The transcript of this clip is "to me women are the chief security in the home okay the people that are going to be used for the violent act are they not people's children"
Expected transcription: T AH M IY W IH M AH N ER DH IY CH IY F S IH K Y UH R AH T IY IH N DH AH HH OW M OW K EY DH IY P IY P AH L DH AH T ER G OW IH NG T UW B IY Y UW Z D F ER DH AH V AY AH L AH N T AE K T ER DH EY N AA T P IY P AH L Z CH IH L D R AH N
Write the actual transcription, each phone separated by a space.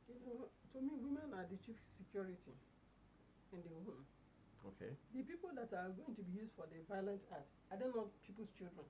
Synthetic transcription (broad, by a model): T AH M IY W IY M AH N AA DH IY CH IY F S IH K Y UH R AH T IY IH N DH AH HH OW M OW K EY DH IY P IY P AH L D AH T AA G OW IH NG T UW B IY Y UW Z D F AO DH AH V AY AH L AH N T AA T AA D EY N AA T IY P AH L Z CH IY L D R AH N